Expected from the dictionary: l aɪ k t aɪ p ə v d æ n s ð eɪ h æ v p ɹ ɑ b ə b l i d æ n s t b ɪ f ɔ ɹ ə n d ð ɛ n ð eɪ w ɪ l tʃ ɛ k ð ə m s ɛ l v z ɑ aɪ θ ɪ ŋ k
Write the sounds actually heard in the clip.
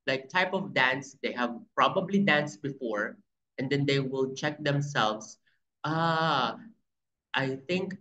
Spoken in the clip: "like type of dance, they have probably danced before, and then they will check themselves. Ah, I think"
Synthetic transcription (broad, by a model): l aɪ k t aɪ p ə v d æ n s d eɪ h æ v p ɹ ɑ b ə b l i d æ n s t b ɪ f ɔ ɹ ə n d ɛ n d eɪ w ɪ l tʃ ɛ k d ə m s ɛ l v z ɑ aɪ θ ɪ ŋ k